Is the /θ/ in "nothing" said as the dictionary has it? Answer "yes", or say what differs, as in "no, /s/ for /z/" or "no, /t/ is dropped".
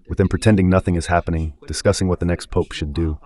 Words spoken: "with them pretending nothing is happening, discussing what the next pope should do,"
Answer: yes